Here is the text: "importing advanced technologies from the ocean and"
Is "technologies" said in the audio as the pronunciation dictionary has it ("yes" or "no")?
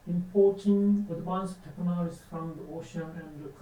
no